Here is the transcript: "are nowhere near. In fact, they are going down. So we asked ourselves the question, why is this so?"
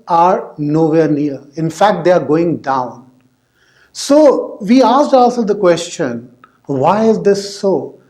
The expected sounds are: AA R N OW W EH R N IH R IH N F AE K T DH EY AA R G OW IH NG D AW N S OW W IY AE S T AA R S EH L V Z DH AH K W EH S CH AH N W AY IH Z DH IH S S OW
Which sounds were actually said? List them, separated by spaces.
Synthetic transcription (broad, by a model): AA R N OW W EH R N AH R IH N F AE K T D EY AA R G OW IH NG D AW N S OW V IY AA S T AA L S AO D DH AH K W EH S CH AH N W AY IH Z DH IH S S OW